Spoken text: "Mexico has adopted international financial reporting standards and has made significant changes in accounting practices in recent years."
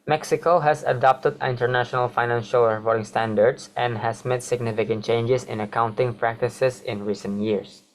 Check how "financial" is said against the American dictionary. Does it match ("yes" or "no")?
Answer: yes